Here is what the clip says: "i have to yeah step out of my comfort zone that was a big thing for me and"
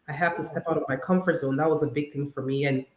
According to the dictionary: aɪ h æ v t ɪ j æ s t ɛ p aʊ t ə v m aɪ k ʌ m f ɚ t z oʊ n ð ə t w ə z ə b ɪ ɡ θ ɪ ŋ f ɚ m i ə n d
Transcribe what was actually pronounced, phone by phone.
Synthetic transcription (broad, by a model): aɪ h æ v t ɪ s t ɛ p aʊ t ə v m aɪ k ʌ m f ɚ t s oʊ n ð ə t w ə z ə b ɪ ɡ θ ɪ ŋ f ɚ m i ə n